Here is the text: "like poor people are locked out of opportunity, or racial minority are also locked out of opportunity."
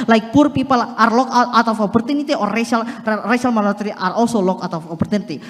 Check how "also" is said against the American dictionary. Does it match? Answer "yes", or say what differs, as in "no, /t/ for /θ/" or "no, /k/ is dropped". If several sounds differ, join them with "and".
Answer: no, /l/ is dropped